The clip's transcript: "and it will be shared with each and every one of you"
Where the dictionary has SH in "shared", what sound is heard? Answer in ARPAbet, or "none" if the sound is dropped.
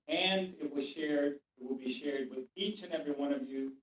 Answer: SH